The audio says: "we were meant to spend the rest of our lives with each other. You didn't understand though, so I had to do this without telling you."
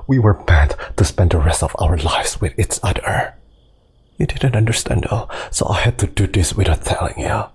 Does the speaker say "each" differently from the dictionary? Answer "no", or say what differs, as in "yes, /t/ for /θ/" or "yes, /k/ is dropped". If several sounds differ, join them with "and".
yes, /s/ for /tʃ/